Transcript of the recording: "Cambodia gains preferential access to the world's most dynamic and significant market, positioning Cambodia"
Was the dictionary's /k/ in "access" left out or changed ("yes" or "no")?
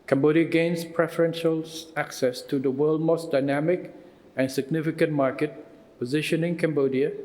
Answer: no